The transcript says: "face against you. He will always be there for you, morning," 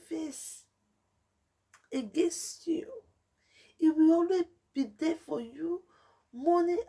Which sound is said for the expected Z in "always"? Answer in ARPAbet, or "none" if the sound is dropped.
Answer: none